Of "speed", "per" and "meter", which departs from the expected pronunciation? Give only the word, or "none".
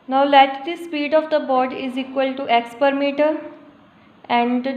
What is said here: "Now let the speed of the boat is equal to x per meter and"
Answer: none